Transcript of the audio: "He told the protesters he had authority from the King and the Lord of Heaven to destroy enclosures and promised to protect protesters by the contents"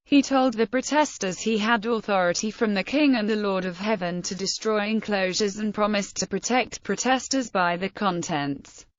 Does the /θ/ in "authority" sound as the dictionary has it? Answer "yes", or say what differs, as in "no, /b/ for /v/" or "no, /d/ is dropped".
yes